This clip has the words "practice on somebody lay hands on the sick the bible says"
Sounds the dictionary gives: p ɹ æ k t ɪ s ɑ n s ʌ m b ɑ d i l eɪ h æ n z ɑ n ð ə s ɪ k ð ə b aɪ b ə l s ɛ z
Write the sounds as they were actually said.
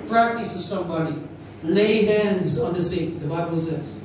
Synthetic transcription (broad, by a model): p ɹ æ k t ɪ s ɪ s ʌ m b ɑ d i l eɪ h æ n z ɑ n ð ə s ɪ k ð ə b aɪ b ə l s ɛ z